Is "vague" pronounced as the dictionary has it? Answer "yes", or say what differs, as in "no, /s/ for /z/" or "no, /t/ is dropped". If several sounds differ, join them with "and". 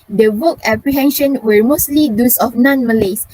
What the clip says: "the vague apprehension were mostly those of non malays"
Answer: no, /w/ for /v/